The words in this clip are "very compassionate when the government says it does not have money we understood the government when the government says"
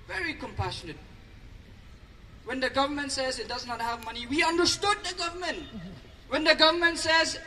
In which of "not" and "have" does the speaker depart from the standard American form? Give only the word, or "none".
none